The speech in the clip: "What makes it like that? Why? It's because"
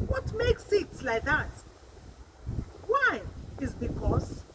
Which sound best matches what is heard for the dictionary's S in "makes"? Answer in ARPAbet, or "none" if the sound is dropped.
S